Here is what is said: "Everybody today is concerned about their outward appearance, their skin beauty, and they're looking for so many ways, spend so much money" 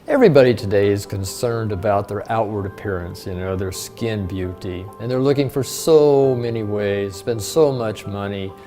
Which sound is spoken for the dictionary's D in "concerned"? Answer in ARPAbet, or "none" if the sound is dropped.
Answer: D